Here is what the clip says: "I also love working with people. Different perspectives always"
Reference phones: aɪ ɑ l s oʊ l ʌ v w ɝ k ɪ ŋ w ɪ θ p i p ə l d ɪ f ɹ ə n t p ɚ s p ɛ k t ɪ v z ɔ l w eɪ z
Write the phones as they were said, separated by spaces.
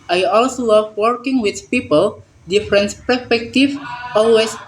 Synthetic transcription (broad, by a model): aɪ ɑ l s oʊ l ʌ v w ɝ k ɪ ŋ w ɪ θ p i p ə l d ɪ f ɹ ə n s p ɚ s p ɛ k t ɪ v ɔ l w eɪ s